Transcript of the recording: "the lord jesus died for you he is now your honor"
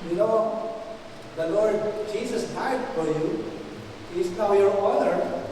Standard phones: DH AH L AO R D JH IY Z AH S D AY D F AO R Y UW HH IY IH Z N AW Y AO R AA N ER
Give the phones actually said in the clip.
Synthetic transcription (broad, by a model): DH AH L AO R D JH IY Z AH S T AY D F AO R Y UW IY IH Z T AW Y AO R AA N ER